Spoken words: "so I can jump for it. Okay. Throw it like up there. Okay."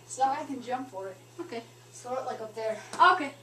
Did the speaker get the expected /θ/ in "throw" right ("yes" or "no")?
no